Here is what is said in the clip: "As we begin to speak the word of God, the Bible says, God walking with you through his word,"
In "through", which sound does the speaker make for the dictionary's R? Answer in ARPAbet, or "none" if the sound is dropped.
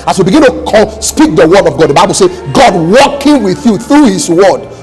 R